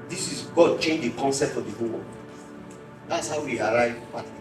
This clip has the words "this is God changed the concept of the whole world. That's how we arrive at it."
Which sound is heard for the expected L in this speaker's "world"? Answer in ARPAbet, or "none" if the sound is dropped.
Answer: none